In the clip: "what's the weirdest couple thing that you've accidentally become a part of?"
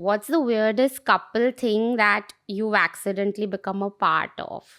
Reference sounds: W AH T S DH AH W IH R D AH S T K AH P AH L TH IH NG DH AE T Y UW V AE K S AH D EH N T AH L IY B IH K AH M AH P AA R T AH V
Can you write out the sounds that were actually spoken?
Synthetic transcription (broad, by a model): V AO T S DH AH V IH R D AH S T K AH P AH L T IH NG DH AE T Y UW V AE K S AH D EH N T L IY B IH K AH M AH P AA R T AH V